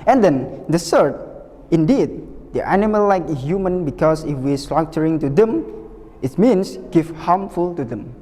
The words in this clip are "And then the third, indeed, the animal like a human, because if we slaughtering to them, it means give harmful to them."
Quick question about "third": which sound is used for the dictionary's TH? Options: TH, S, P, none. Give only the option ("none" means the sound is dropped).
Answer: S